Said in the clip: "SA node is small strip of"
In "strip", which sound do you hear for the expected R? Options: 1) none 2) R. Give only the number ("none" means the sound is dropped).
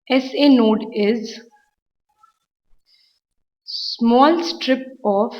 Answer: 2